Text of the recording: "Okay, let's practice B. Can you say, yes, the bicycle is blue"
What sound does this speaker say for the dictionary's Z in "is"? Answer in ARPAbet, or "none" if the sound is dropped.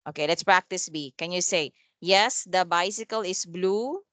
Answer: S